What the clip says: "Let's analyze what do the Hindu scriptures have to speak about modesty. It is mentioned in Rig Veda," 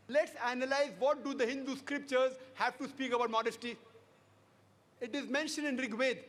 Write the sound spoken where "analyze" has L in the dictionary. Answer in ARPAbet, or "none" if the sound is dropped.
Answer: L